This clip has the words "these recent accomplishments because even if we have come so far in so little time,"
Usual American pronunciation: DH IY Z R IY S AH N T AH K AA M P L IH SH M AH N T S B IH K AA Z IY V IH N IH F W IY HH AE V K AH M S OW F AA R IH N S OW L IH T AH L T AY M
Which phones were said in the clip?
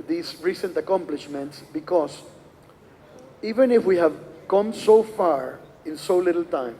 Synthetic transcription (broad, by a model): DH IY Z R IY S AH N T AH K AA M P L IH SH M AH N T S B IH K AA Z IY V IH N IH F W IY HH AE V K AH M S OW F AA R IH N S OW L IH T L T AY M